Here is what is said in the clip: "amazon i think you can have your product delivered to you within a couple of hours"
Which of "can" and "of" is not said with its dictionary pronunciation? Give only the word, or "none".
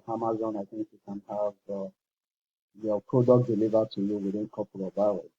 of